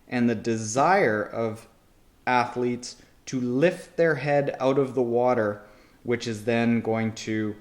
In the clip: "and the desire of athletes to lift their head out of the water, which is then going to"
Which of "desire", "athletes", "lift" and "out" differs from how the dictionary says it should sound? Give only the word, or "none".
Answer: none